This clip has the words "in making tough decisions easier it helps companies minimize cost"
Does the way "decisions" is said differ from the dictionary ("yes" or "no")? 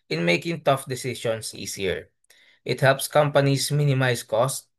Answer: yes